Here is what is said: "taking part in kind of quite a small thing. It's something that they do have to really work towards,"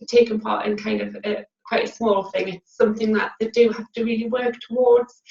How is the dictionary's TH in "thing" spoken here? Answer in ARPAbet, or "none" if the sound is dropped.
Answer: TH